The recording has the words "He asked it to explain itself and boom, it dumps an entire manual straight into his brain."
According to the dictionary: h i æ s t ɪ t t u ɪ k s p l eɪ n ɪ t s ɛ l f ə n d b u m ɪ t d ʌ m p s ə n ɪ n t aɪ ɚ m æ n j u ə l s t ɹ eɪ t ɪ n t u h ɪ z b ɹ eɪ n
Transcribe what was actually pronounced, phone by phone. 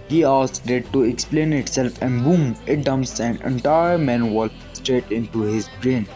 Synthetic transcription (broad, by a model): h i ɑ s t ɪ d t u ɪ k s p l eɪ n ɪ t s ɛ l f ə n d b u m ɪ t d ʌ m s ə n ɪ n t aɪ ɚ m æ n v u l s t ɹ eɪ t ɪ n t u h ɪ z b ɹ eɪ n